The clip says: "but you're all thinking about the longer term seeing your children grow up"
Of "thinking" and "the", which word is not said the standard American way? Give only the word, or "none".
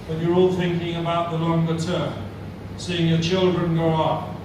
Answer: none